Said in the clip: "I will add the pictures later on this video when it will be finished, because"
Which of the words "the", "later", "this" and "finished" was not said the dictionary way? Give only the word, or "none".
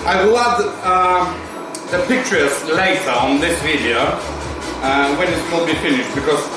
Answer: later